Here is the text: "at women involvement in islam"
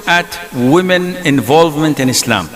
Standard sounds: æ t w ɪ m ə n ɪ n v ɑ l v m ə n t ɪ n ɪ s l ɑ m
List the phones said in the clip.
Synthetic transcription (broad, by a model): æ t w ɪ m ə n ɪ n v ɑ l v m ə n t ɪ n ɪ s l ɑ m